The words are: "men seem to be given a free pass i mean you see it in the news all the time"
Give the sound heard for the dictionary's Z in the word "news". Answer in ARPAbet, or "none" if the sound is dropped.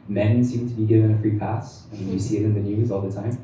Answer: Z